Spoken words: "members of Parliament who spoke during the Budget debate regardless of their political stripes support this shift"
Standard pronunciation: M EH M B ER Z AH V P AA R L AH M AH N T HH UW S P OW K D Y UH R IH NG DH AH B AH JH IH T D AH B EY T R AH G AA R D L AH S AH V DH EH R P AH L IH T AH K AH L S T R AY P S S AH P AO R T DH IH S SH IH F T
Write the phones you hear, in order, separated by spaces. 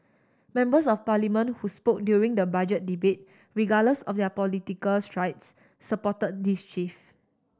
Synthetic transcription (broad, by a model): M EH M B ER S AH F P AA L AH M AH N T HH UW S P OW K D Y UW R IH NG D AH B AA JH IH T D AH B EY T R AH G AA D L AH S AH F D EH P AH L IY T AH K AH L S T R AY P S S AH P AO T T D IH S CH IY F